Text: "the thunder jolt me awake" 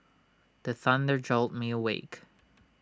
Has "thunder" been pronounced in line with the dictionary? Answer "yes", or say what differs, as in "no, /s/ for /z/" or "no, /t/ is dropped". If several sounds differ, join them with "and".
yes